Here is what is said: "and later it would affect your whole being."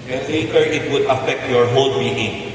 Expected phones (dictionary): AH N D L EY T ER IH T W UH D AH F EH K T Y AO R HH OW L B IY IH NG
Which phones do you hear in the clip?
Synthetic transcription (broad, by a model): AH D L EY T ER IH T W UH D AH F EH K T Y AO R HH OW L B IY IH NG